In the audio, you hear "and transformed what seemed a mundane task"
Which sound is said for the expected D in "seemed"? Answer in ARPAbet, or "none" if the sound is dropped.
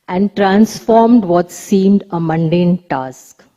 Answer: D